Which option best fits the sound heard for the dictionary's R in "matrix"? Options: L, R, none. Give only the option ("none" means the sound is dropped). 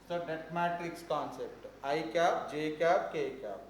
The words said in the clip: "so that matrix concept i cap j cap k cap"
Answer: none